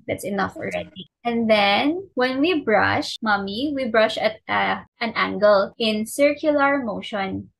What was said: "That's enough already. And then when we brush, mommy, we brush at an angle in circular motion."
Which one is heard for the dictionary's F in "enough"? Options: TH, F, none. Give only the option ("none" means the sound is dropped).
F